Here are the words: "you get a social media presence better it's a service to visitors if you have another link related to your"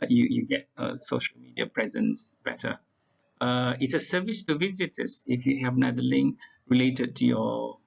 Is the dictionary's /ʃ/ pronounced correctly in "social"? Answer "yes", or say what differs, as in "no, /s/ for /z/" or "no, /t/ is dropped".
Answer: yes